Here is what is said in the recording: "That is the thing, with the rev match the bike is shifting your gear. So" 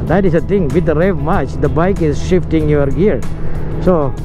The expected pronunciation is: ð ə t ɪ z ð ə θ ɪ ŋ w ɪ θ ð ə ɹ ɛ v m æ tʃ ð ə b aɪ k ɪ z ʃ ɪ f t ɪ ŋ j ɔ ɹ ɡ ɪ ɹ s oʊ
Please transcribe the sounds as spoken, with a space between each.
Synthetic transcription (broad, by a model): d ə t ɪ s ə t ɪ ŋ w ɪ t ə ɹ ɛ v m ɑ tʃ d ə b aɪ k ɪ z ʃ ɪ f t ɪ ŋ j ɔ ɹ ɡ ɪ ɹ s oʊ